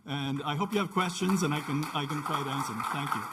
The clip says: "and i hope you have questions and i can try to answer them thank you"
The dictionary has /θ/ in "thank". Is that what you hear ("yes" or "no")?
yes